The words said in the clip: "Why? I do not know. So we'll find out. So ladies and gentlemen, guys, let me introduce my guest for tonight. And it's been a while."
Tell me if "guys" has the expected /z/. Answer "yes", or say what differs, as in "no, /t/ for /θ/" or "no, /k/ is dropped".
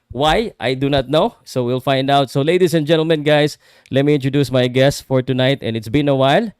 no, /s/ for /z/